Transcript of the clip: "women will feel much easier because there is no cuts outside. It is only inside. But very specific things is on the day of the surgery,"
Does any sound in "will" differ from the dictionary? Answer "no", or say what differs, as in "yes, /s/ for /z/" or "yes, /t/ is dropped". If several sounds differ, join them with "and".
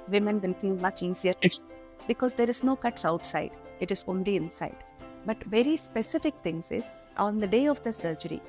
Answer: yes, /n/ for /l/